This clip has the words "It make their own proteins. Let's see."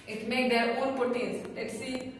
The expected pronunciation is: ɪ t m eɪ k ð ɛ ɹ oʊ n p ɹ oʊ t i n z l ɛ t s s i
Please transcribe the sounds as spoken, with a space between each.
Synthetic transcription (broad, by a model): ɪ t m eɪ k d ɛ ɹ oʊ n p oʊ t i z l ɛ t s s i